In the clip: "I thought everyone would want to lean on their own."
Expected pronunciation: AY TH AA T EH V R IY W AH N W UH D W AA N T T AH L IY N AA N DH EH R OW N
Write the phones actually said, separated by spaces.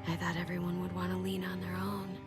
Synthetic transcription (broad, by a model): AY TH AA T EH V R IY W AH N W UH D W AA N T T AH L IY N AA N DH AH R OW N